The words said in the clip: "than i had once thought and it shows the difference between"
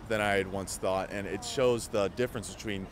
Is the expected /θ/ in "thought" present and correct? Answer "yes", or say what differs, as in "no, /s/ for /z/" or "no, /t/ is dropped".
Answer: yes